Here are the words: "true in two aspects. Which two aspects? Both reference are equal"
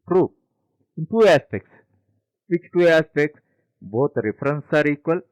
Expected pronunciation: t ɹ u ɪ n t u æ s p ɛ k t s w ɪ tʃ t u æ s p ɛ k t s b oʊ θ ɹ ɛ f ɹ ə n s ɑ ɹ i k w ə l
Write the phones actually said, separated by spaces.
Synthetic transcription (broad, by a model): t ɹ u ɪ n t u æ s p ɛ k t s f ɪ s t u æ s p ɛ k t s b oʊ t ɹ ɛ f ɹ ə n s ɑ ɹ i k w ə l